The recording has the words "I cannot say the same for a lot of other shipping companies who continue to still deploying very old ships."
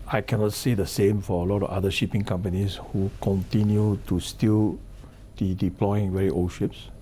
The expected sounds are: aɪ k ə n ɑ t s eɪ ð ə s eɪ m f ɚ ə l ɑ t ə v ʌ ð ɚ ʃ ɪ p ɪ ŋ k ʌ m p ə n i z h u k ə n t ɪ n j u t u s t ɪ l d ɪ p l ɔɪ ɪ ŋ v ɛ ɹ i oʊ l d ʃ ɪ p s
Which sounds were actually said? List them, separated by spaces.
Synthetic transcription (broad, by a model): aɪ k ə n ɑ t s eɪ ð ə s eɪ m f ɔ ə l ɑ t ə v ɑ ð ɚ ʃ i p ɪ ŋ k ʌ m p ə n i s h u k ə n t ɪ n j u t u s t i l d ɪ p l ɔɪ ɪ ŋ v ɛ ɹ i oʊ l ʃ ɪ p s